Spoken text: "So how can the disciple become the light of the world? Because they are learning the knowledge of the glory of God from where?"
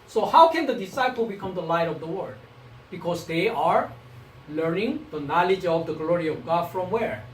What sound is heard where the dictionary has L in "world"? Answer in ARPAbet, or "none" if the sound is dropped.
none